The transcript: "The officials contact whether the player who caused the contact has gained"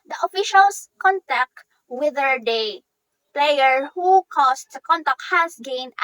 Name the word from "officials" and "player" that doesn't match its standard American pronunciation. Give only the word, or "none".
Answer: officials